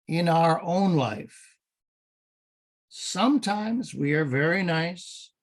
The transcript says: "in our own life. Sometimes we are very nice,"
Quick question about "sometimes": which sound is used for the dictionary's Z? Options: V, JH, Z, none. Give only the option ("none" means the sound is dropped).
Z